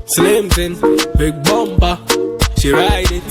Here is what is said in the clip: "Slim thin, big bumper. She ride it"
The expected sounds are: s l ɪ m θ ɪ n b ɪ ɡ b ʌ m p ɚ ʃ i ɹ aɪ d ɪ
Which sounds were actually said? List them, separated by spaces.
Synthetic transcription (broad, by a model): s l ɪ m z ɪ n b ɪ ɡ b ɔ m b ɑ ʃ i ɹ aɪ d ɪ